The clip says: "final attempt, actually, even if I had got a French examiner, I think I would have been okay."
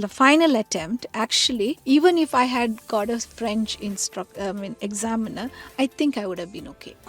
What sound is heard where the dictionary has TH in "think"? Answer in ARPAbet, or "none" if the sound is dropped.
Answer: T